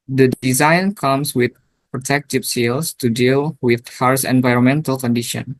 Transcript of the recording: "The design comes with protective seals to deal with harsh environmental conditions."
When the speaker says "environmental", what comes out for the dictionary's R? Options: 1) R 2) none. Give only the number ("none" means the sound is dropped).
1